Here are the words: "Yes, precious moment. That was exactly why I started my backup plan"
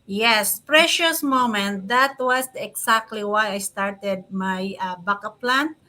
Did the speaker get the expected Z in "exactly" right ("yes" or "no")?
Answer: no